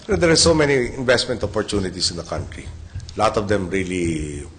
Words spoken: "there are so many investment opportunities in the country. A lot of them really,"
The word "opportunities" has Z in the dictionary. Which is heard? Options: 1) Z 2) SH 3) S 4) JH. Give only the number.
3